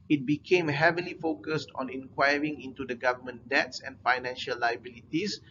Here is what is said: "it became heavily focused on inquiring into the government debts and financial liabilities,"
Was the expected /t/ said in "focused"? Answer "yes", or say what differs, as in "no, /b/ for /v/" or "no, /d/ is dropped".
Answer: yes